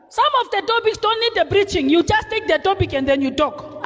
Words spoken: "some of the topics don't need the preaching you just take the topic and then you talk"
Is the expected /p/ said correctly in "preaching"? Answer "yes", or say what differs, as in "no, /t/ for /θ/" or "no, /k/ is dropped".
no, /b/ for /p/